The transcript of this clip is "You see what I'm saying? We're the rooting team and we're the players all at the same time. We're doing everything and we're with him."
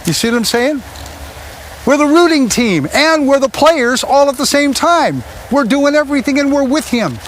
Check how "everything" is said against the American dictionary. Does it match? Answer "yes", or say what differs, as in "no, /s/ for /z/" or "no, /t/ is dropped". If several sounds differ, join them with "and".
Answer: yes